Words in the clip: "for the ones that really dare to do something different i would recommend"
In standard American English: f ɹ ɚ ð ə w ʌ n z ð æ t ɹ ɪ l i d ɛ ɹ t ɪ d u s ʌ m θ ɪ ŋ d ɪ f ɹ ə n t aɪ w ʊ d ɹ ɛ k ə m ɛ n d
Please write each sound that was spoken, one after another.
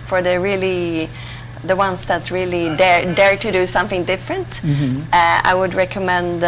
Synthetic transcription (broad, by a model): f ɹ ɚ ð ə w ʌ n s ð æ t ɹ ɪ l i d ɛ ɹ t ɪ d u s ʌ m θ ɪ ŋ d ɪ f ɹ ə n t aɪ w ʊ d ɹ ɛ k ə m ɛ n d